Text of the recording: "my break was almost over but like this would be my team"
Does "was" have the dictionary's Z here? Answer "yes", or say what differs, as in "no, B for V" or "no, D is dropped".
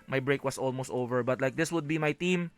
no, S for Z